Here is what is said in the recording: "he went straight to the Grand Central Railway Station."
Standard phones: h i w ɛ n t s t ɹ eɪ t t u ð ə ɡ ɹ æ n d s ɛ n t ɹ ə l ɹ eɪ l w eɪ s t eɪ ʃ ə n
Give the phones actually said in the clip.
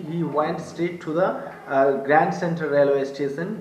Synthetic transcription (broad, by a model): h i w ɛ n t s t eɪ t t u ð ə ɡ ɹ æ n d s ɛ n t ə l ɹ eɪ l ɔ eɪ s t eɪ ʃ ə n